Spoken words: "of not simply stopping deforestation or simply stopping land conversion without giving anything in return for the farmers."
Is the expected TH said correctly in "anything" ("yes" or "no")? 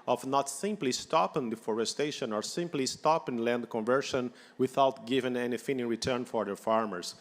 no